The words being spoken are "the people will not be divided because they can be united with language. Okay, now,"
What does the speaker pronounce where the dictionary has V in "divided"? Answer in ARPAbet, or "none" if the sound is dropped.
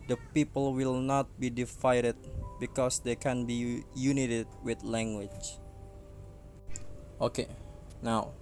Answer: F